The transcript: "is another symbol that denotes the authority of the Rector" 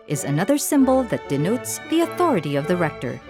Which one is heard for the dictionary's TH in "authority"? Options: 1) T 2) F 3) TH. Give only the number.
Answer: 3